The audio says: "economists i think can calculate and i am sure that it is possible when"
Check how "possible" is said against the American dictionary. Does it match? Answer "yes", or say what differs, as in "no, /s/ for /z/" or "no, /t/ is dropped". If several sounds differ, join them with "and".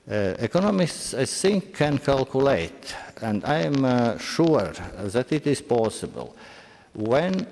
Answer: yes